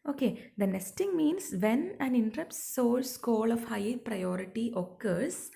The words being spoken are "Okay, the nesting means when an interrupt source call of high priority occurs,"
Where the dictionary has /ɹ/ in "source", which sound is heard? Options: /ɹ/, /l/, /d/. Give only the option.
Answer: /l/